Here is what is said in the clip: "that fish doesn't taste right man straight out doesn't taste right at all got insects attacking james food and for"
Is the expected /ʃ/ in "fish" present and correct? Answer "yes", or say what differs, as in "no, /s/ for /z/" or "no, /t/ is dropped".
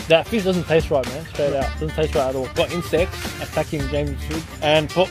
no, /s/ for /ʃ/